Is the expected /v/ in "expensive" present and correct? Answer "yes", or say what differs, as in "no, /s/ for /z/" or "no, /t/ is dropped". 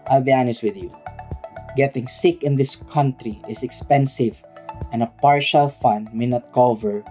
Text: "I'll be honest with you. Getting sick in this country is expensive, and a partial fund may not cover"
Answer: yes